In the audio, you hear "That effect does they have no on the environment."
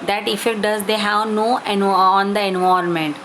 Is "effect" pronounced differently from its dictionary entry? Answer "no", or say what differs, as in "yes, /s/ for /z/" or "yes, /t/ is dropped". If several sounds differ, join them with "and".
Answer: yes, /k/ is dropped